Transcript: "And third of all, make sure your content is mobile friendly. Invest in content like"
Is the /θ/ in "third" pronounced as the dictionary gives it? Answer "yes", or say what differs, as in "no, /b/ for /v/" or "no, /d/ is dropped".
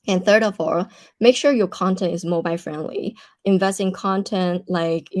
yes